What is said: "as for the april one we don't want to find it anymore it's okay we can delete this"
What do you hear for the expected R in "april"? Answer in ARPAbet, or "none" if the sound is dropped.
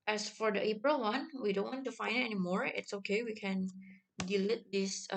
R